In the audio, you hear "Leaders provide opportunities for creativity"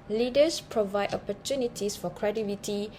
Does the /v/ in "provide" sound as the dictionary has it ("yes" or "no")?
yes